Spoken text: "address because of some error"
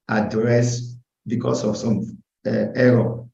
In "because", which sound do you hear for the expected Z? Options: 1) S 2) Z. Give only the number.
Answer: 1